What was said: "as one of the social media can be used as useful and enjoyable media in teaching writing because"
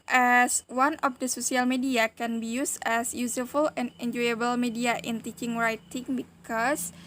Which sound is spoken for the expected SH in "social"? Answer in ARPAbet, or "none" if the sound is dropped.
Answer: S